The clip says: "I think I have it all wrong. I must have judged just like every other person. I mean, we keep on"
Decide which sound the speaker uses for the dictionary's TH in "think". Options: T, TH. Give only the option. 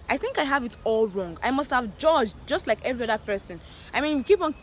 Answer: TH